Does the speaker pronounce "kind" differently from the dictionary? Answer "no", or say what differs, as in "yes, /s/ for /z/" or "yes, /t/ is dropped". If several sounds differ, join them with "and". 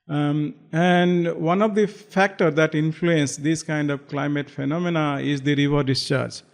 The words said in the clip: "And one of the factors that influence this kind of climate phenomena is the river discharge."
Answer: no